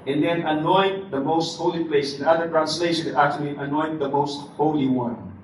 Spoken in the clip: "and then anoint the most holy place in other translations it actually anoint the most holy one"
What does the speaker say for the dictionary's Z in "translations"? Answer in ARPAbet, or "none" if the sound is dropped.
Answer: none